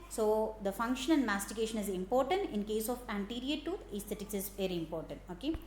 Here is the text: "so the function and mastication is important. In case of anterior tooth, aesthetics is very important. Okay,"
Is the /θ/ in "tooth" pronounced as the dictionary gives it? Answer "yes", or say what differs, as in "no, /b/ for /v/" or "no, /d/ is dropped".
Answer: no, /t/ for /θ/